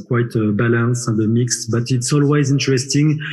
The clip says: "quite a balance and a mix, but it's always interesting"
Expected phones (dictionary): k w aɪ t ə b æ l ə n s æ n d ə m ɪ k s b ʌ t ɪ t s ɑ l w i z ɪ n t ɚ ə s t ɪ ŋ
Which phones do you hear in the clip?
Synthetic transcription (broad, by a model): k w aɪ t ə b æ l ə n s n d ə m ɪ k s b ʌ t ɪ t s ɑ l w i z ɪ n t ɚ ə s t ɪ ŋ